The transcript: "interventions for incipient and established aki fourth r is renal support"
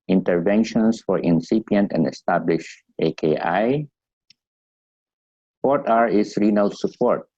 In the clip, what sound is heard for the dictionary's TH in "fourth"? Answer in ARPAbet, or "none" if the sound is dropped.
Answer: T